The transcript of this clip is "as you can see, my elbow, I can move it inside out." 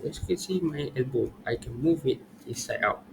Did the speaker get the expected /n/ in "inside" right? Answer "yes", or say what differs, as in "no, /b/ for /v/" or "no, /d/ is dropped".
no, /n/ is dropped